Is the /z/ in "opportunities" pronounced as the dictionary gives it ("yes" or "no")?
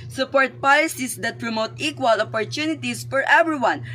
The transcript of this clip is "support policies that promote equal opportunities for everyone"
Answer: no